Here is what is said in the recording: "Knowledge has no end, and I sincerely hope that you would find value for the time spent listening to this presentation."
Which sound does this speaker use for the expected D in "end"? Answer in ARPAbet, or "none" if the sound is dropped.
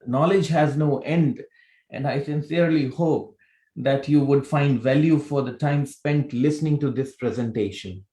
D